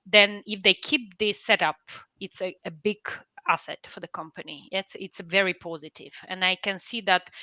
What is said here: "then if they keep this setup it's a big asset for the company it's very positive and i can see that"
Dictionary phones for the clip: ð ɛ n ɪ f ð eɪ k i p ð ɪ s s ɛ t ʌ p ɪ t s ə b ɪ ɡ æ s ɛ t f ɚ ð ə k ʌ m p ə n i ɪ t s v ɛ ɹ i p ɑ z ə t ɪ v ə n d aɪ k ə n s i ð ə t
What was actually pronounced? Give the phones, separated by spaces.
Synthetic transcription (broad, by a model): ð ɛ n ɪ f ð eɪ k i p ð ɪ s s ɛ t ʌ p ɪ t s ə b ɪ ɡ æ s ɛ t f ɚ ð ə k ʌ m p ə n i ɪ t s v ɛ ɹ i p ɑ z ə t ɪ v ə n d aɪ k ə n s i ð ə t